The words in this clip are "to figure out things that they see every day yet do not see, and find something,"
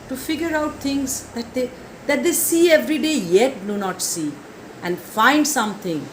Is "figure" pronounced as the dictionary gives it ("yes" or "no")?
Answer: yes